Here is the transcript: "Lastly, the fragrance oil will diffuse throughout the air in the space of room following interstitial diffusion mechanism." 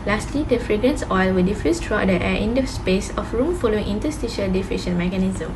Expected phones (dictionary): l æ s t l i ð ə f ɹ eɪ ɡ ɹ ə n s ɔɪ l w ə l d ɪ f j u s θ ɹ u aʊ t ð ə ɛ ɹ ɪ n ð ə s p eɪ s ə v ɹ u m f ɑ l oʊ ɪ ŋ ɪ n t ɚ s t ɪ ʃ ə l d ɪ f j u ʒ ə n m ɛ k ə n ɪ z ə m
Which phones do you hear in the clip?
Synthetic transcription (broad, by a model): l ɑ s t l i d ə f ɹ eɪ ɡ ɹ ə n s ɔɪ l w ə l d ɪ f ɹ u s t ɹ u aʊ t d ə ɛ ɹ ɪ n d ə s p eɪ s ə f ɹ u m f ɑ l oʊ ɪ ŋ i n t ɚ s t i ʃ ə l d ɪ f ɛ ʃ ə n m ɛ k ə n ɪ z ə m